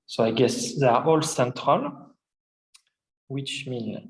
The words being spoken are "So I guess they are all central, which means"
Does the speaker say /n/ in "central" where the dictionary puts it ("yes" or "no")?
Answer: yes